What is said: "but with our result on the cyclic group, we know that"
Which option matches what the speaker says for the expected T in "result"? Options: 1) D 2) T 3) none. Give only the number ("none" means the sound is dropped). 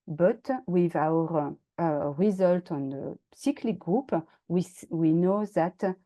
2